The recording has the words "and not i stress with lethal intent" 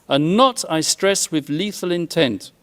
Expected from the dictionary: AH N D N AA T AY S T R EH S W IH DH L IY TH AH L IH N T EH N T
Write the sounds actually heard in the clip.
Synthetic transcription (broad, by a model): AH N N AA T AY S T R EH S W IH DH L IY TH AH L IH N T EH N T